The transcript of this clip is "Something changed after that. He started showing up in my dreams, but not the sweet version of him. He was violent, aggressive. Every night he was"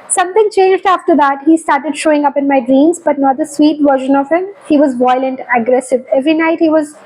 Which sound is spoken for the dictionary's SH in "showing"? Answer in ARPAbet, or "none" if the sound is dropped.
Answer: SH